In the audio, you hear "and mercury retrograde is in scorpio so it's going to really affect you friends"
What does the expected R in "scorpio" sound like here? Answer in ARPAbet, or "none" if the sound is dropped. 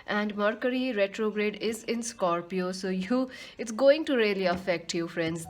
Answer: R